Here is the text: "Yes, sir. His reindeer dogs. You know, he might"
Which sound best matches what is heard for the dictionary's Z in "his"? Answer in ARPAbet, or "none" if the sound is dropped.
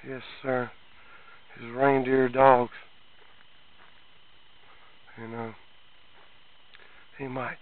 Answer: Z